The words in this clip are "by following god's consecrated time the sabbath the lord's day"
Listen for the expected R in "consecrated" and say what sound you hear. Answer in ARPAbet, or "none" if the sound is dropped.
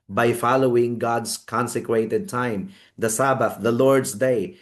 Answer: W